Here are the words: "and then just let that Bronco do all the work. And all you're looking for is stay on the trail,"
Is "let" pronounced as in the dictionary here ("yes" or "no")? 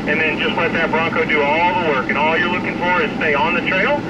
no